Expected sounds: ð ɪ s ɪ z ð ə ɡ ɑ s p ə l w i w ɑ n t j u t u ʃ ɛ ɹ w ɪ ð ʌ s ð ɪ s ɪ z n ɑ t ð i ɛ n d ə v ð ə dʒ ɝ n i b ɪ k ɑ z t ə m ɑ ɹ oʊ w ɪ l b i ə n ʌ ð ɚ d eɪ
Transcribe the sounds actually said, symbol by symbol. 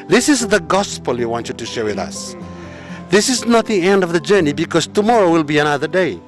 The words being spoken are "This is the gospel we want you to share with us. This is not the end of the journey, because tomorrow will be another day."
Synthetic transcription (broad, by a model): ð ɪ s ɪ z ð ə ɡ ɑ s p ə l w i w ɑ n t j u t u ʃ ɛ ɹ w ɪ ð ʌ s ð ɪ s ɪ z n ɑ t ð i ɛ n d ə v ð ə dʒ ɝ n i b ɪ k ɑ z t ə m ɑ ɹ oʊ w ɪ l b i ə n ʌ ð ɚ d eɪ